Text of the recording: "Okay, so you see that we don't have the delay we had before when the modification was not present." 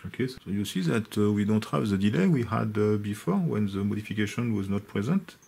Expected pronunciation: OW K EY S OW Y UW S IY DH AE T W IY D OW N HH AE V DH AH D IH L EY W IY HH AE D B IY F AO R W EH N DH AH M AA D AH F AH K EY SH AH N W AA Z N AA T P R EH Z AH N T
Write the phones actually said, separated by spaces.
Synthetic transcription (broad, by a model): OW K EY S OW Y UW S IY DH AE T W IY D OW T HH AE V DH AH D IH L EY W IY HH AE D B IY F AO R W EH N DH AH M AA D AH F AH K EY SH AH N W AA Z N AA T P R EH Z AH N T